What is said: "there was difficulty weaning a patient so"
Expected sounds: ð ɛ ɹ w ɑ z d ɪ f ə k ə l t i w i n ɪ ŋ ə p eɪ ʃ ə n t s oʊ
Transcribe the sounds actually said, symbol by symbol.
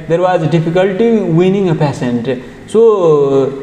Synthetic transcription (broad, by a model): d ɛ ɹ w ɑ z d ɪ f ə k ə l t i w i n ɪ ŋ ə p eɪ s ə n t s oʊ